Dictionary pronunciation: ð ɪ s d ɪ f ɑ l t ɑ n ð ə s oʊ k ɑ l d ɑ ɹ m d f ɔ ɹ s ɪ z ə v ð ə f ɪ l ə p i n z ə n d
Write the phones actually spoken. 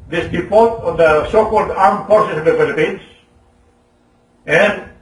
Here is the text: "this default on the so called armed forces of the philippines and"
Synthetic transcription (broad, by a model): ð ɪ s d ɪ p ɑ t ɑ n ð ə s oʊ k ɑ l d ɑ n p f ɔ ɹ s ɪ s ə v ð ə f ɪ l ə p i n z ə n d